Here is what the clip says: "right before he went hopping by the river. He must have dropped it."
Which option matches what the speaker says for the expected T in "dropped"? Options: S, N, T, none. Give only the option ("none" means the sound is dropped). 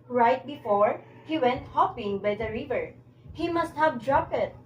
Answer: none